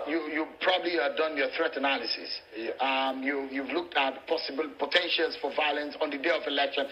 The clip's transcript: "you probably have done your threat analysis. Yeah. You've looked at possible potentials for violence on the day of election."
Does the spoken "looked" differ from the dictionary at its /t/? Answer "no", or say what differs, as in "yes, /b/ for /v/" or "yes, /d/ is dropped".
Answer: no